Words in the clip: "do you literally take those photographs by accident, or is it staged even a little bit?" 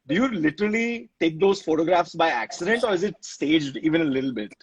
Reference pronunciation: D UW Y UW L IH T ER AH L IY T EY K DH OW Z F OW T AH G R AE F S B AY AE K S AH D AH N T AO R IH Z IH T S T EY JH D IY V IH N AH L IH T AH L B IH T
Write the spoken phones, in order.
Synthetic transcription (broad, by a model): D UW Y UW L IH T ER AH L IY T EY K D OW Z F OW T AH G R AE F S B AY AE K S AH D AH N T AO R IH Z IH T S T EY JH D IY V IH N AH L IH T AH L B IH T